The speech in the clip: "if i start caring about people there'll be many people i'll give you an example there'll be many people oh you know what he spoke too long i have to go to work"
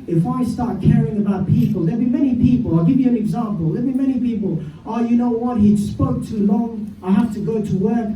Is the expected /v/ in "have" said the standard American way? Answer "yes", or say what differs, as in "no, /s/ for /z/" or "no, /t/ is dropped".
no, /f/ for /v/